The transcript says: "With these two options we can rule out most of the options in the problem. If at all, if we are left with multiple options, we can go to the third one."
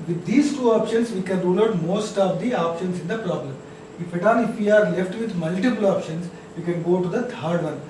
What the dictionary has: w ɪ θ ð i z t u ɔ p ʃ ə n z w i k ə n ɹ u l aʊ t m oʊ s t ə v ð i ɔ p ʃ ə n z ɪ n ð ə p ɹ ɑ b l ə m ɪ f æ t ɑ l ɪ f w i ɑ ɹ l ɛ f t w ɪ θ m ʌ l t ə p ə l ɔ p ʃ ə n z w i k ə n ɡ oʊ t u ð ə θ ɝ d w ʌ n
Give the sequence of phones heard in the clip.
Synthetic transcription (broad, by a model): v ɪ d i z t u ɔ p ʃ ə n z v i k ə n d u n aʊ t m oʊ s t ə v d i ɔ p ʃ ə n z ɪ n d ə p ɹ ɑ b l ə m ɪ f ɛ t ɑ n ɪ f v i ɑ ɹ l ɛ f t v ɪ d m ʌ l t ə p ə l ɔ p ʃ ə n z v i k ə n ɡ oʊ t u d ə t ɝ d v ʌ n